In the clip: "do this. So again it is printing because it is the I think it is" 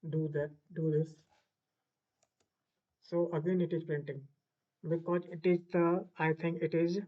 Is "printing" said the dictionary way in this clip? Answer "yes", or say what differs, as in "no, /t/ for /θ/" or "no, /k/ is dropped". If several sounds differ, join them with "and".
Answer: no, /ɹ/ is dropped